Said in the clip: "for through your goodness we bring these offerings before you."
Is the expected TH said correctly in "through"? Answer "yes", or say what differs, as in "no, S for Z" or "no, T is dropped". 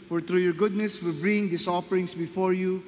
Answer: no, T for TH